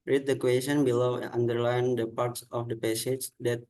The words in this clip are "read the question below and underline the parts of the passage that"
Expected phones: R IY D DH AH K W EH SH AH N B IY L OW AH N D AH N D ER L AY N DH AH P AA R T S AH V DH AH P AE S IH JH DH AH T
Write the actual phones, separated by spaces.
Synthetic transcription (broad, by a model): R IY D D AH K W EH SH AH N B IY L OW AH N D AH D L AY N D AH P AA R T S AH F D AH P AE S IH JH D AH T